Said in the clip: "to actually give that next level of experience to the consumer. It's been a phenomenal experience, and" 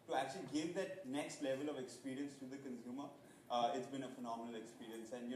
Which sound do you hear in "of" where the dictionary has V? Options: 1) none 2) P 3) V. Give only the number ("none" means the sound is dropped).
3